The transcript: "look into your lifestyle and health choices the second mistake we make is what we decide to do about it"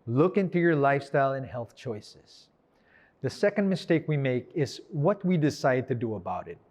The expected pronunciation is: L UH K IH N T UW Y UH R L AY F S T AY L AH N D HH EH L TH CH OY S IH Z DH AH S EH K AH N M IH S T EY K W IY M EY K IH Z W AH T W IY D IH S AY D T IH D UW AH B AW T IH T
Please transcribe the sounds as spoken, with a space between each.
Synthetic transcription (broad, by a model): L UH K IH N T UW Y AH R L AY F S T AY L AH N HH EH L TH CH OY S IH Z DH AH S EH K AH N M IH S T EY K W IY M EY K IH Z W AH T W IY D IH S AY D T IH D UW AH B AW T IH T